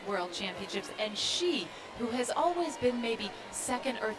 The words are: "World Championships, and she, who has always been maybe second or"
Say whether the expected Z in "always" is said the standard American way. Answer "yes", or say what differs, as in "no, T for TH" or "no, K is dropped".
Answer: yes